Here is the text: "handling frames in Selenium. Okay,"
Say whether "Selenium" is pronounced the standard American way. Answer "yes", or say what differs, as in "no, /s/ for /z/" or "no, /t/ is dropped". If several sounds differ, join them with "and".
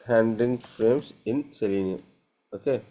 no, /m/ is dropped